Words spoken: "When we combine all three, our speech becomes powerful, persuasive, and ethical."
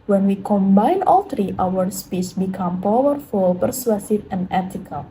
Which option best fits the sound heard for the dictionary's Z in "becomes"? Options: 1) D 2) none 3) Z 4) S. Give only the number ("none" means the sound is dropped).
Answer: 2